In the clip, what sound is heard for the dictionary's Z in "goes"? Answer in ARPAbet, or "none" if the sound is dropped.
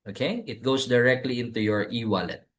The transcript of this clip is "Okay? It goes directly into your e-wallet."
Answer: S